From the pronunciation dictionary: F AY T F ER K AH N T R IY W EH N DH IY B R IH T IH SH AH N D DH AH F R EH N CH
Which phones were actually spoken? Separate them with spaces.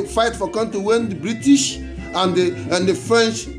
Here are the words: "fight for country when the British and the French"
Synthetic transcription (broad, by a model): F AY T F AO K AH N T IY W EH N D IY B R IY T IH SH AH N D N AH F R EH N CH